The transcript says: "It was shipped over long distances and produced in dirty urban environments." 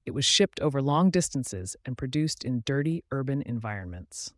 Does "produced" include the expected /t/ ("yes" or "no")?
yes